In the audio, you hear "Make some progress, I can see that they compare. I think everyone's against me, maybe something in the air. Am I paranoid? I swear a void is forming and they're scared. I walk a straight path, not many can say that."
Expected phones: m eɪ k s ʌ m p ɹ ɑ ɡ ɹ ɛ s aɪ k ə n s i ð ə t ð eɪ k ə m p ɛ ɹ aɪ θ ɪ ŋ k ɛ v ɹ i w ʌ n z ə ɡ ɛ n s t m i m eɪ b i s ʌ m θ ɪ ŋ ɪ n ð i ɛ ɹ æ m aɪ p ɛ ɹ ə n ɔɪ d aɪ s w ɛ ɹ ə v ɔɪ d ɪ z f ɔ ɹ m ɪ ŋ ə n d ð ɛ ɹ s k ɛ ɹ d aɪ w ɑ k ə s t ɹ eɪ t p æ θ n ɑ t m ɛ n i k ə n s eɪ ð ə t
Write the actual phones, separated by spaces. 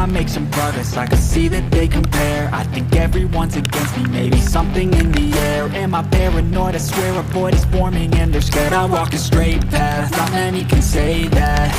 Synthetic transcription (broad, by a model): m eɪ k s ʌ m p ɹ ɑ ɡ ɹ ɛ s aɪ k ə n s i ð ə t ð eɪ k ə m p ɛ ɹ aɪ θ ɪ ŋ k ɛ v ɹ i w ʌ n z ə ɡ ɛ n s t m i m eɪ b i s ʌ m θ ɪ ŋ ɪ n ð i ɛ ɹ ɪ m aɪ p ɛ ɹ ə n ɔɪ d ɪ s w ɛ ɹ ə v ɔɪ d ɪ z f ɔ ɹ m ɪ ŋ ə n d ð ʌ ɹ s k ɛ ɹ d aɪ w ɑ k ə s t ɹ eɪ t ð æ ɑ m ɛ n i k ə n s eɪ ð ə t